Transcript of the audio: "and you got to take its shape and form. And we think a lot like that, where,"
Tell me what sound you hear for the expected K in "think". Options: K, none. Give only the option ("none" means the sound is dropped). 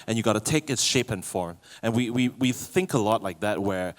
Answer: K